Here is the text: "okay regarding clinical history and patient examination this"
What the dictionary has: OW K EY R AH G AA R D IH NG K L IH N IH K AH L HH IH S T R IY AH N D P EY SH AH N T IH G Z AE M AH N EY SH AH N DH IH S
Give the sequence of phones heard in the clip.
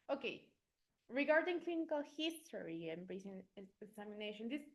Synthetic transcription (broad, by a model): OW K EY R AH G AA R D IH NG K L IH N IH K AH L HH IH S T R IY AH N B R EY S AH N IH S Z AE M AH N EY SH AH N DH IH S